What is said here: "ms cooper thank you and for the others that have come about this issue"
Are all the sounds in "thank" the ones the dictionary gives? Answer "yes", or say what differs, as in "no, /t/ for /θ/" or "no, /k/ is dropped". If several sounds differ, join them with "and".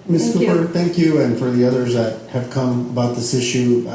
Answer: yes